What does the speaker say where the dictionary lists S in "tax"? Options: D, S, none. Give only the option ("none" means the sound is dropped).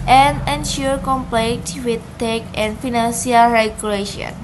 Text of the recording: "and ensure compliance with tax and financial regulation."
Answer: none